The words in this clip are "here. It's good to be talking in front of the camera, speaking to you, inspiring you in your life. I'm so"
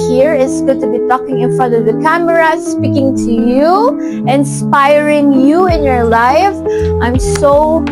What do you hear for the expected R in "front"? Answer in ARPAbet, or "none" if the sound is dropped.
none